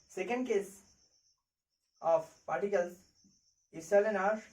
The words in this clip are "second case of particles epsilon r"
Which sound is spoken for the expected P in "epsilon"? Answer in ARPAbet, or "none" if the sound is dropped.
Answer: none